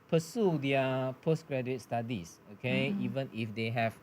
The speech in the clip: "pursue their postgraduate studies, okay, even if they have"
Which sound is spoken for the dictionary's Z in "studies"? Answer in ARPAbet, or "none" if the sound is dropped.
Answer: S